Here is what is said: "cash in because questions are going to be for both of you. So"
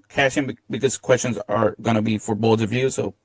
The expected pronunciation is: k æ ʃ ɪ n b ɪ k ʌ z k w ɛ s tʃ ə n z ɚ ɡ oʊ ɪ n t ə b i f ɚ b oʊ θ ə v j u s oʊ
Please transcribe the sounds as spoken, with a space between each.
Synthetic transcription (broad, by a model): k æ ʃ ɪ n b ɪ k ʌ z k w ɛ s tʃ ə n z ɚ ɡ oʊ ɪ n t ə b i f ɚ b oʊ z ə v j u s oʊ